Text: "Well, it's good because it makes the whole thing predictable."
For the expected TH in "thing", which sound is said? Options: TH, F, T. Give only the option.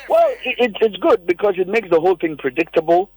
TH